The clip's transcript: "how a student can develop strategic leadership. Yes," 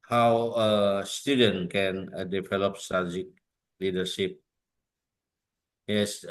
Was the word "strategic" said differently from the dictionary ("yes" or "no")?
yes